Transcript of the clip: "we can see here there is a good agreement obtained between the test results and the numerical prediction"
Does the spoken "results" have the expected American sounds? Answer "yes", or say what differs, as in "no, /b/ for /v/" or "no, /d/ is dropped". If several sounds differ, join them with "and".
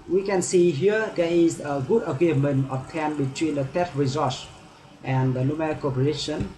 no, /s/ is dropped